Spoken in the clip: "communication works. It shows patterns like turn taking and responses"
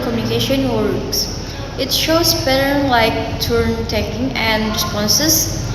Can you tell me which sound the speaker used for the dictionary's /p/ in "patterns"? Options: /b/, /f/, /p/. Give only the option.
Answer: /b/